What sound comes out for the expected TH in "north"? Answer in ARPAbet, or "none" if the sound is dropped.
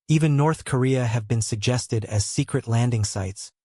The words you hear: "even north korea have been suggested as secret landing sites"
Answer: TH